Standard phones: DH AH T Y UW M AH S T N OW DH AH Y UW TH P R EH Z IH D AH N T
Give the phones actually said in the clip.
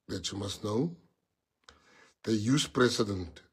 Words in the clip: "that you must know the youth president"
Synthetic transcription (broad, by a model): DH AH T Y UW M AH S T N OW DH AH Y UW S P R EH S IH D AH N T